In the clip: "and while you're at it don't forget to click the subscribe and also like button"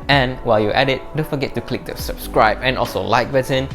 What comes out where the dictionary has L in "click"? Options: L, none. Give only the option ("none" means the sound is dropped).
L